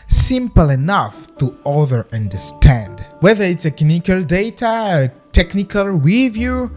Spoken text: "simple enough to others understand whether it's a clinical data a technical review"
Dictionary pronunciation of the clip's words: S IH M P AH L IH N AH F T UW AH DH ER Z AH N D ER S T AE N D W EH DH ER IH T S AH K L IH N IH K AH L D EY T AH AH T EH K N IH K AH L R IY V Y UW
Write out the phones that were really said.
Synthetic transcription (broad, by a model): S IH M P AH L IH N AH F T UW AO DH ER AH N D ER S T AE N D W EH DH ER IH T S AH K IH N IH K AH L D EY T AH AH T EH K N IH K AH L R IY V Y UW